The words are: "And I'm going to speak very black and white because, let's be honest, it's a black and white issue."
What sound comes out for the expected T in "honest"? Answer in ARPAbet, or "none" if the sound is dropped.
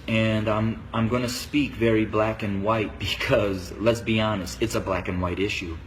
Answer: T